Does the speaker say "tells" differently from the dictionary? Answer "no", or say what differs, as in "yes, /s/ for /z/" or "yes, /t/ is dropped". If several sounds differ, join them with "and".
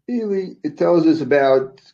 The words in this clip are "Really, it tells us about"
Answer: no